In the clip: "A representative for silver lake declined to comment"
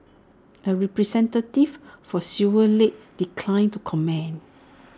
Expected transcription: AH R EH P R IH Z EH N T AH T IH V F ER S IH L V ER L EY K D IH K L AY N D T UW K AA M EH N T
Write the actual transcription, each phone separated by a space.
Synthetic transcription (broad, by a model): AH R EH P R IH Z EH N T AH T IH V F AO S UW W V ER L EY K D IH K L AY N T UW K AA M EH N